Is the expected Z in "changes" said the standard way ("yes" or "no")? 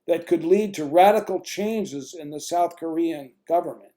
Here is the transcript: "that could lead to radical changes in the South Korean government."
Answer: yes